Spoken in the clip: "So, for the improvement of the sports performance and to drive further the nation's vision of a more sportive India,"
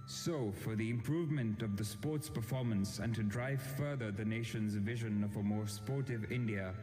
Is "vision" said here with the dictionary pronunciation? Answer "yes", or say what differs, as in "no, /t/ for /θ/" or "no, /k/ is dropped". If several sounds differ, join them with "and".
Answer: yes